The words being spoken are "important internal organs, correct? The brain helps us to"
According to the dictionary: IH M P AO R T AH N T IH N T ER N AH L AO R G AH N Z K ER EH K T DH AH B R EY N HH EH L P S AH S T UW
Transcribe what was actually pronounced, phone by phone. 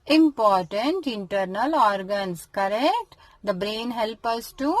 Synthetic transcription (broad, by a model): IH M P AO R T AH N T IH N T ER N AH L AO R G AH N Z K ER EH K T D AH B R EY N HH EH L P AH S T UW